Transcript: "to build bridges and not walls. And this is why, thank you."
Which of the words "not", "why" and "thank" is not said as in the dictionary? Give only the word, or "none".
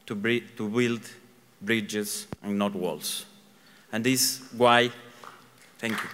thank